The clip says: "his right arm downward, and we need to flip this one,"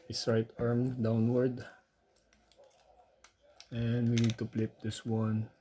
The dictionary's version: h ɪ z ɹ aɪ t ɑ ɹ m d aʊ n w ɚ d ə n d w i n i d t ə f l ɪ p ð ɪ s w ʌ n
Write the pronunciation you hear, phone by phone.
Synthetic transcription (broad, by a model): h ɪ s ɹ aɪ t ɑ ɹ m d aʊ n w ɚ d ə n d w i n i d t ə p l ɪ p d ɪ s w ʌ n